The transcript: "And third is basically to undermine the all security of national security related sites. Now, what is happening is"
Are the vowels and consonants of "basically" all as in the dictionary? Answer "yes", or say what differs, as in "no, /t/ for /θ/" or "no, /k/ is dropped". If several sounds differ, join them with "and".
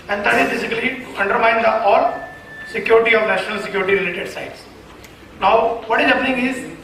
no, /l/ is dropped